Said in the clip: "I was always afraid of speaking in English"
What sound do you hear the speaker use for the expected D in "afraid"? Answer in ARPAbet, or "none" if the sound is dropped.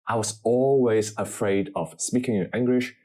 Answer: D